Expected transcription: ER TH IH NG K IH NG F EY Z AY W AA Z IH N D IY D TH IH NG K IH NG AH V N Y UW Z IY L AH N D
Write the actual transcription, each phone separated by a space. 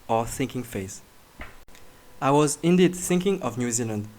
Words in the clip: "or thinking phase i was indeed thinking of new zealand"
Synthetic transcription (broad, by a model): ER TH IH NG K IH NG F EY S AY W AA Z IH N D IY D TH IH NG K IH NG AH V N Y UW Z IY L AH N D